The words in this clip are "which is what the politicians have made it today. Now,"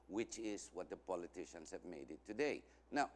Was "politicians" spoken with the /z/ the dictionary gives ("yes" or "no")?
no